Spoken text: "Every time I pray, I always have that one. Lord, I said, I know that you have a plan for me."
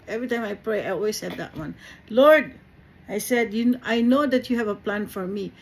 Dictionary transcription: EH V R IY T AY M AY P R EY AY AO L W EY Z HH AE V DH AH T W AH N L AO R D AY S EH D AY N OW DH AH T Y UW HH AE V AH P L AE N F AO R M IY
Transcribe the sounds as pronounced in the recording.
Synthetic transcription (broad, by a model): EH V R IY T AY M AY P R EY AY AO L W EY S HH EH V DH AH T W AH N L AO R D AY S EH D AY N OW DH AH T Y UW HH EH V AH P L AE N F AO R M IY